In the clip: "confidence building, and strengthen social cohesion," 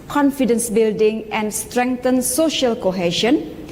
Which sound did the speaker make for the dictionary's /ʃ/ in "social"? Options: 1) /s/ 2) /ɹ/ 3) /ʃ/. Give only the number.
3